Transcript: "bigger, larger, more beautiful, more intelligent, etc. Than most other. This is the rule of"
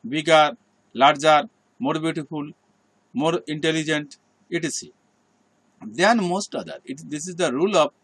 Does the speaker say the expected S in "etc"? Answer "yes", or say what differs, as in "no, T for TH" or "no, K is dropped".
no, S is dropped